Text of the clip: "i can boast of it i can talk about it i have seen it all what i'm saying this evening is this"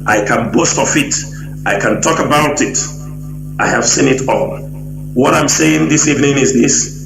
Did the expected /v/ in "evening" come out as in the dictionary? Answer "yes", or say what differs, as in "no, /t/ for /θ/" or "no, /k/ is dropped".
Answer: yes